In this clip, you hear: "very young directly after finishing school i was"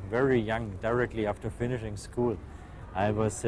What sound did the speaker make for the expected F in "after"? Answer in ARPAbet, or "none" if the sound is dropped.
F